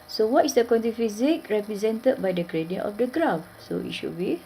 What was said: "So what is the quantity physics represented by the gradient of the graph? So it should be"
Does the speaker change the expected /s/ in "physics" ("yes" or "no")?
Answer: yes